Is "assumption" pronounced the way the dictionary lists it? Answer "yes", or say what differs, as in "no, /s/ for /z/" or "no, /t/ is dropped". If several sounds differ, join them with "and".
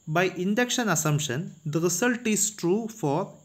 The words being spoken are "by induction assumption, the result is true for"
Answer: no, /p/ is dropped